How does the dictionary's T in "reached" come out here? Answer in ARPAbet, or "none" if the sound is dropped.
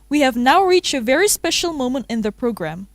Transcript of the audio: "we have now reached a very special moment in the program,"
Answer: T